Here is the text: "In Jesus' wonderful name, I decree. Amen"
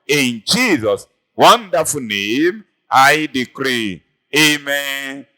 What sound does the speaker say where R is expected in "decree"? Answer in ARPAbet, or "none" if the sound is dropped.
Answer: R